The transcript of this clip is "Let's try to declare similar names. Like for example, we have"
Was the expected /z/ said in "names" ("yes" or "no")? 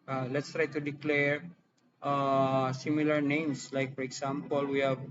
no